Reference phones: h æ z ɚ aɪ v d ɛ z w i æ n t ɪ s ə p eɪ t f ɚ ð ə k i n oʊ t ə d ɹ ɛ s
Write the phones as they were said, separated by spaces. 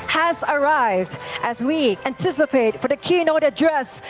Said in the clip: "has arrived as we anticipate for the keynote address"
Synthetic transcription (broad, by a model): h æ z ɚ aɪ v d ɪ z w i æ n t ɪ s ə p eɪ t f ɚ ð ə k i n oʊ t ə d ɹ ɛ s